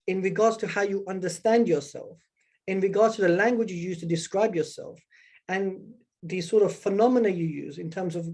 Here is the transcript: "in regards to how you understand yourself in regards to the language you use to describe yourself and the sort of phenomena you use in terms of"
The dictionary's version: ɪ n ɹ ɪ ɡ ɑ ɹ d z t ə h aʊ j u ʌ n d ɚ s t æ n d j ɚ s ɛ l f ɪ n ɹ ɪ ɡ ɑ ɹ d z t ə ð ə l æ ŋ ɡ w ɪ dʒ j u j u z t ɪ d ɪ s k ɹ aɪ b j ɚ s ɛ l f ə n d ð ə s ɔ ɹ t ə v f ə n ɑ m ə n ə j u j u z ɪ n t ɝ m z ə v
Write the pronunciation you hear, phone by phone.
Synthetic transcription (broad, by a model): ɪ n ɹ ɪ ɡ ɑ ɹ d z t ə h aʊ j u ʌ n d ɚ s t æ n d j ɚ s ɛ l f ɪ n ɹ ɪ ɡ ɑ ɹ d z t ə ð ə l æ ŋ ɡ w ɪ dʒ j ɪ j u z t ɪ d ɪ s k ɹ aɪ b j ɚ s ɛ l f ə n ð ə s ɔ ɹ t ə v f ə n ɑ m ə n ə j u j u z ɪ n t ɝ m z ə v